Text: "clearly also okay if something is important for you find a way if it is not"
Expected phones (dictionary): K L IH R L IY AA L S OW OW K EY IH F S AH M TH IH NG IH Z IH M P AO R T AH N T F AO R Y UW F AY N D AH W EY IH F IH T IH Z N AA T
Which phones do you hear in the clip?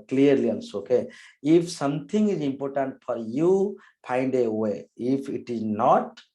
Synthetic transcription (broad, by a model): K L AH R L IY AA N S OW OW K EY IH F S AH M T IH NG IH Z IH M P AO R T AH N T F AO R Y UW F AY N D AH W EY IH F IH T IH Z N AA T